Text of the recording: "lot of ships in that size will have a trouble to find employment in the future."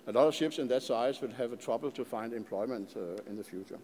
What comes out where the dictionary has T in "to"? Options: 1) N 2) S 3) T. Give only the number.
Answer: 3